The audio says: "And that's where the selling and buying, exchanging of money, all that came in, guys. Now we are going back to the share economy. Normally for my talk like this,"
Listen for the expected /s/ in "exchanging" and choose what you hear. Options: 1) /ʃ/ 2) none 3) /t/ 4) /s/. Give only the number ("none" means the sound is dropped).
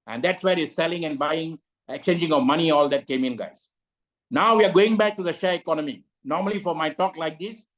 2